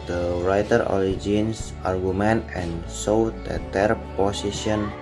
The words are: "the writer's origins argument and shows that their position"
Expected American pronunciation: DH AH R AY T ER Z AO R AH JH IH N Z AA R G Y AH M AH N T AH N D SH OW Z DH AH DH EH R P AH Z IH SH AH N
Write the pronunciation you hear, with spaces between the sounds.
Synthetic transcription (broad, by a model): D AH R AY T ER AO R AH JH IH N S AA R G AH M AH N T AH N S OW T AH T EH R P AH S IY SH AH N